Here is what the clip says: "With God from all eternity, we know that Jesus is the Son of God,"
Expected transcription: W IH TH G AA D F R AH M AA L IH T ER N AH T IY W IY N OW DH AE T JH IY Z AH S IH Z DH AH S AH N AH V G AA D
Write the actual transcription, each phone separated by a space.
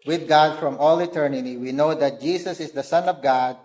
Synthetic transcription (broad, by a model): W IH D G AA D F R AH M AA L IH T ER N AH T IY W IY N OW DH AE T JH IY S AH S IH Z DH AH S AH N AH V G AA D